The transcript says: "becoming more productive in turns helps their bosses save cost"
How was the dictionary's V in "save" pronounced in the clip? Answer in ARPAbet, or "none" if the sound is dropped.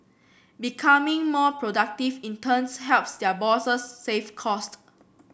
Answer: F